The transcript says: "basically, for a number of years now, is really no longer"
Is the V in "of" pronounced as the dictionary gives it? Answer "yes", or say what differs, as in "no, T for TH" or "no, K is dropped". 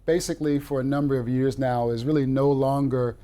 yes